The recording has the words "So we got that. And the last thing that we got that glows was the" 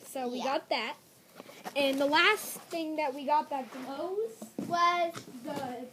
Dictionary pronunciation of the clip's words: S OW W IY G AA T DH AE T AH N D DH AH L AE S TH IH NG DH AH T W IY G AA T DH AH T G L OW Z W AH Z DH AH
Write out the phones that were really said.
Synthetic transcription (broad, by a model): S OW W IY G AA T DH AE T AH N DH AH L AE S TH IH NG DH AH T W IY G AA T DH AH T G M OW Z W AH Z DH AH